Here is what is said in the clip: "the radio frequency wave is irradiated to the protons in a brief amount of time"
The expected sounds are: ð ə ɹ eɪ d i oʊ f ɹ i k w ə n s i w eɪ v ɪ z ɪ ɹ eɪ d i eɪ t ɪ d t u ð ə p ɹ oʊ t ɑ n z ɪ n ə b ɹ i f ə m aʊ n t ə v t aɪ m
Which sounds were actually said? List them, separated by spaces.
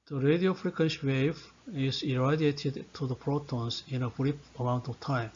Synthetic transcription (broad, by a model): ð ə ɹ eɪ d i oʊ f ɹ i k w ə n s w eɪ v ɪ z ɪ ɹ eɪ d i eɪ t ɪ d t u ð ə p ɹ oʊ t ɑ n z ɪ n ə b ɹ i p ə m aʊ n t ə v t aɪ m